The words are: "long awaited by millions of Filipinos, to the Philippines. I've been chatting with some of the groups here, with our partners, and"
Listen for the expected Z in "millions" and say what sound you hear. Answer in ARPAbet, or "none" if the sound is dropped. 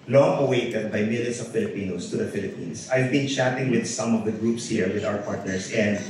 S